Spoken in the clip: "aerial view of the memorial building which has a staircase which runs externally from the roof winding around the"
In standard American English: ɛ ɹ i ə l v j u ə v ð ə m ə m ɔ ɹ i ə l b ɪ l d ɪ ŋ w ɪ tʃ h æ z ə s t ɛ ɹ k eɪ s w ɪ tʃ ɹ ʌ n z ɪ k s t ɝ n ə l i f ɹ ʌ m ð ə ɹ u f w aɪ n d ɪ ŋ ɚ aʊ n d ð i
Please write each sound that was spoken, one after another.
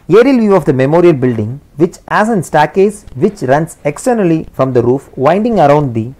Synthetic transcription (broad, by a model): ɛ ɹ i l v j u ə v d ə m ə m ɔ ɹ i ə l b ɪ l d ɪ ŋ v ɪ tʃ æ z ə s t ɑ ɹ k eɪ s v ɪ tʃ ɹ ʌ n s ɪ k s t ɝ n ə l i f ɹ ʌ m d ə ɹ u f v aɪ n d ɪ ŋ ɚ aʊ n d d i